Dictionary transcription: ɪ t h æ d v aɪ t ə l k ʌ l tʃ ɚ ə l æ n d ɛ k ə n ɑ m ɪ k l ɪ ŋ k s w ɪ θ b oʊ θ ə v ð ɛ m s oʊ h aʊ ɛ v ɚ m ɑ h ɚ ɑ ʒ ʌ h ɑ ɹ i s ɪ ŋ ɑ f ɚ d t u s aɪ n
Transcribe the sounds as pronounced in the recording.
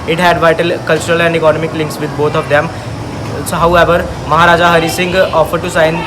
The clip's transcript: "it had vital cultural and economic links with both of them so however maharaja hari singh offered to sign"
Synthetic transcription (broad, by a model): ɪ t h æ d v aɪ t ə l k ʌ l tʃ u ə l æ n d ɛ k ə n ɑ m ɪ k l ɪ ŋ k s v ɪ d b oʊ t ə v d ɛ m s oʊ h aʊ ɛ v ɚ m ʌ h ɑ ɑ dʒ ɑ h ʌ ɹ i s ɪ ŋ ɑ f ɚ d t u s aɪ n